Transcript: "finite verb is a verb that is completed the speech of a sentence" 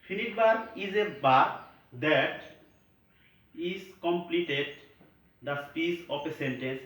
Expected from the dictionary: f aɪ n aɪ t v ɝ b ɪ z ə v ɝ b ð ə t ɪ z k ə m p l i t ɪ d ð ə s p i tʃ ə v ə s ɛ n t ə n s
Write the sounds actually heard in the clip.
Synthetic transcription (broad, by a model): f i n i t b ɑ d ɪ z ə b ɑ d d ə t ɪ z k ə m p l i t ɪ d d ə s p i s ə p ə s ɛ n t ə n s